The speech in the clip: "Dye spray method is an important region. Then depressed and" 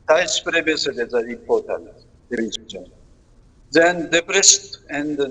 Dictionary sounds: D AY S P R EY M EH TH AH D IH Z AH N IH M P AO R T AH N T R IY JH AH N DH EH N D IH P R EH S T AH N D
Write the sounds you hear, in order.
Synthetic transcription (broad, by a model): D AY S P R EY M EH S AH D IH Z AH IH P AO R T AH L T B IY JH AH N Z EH N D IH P R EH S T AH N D